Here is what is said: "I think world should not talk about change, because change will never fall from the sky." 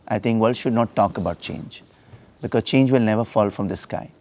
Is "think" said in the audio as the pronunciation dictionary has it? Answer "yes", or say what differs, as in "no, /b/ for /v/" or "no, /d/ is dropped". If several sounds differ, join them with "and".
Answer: no, /t/ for /θ/